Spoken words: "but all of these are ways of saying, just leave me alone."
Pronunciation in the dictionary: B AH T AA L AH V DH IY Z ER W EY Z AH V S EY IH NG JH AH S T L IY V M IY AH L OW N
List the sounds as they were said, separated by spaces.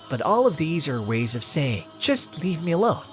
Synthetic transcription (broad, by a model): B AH T AA L AH V DH IY Z ER W EY Z AH V S EY IH NG JH AH S T L IY V M IY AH L OW N